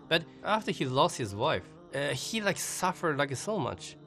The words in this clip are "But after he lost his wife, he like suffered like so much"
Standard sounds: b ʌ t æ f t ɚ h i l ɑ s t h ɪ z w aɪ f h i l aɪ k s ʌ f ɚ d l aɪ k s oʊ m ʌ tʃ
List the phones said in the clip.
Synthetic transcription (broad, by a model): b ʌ t æ f t ɚ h i l ɑ s t h ɪ z w aɪ f h i l aɪ k s ʌ f ɚ d l aɪ k s oʊ m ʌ tʃ